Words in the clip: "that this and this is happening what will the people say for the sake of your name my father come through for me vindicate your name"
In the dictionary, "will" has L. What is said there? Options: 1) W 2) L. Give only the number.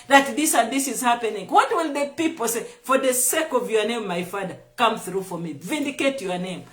2